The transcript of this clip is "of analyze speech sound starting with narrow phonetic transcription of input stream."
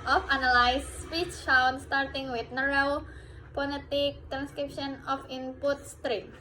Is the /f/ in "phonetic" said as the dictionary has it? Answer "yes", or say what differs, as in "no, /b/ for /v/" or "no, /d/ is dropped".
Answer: no, /p/ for /f/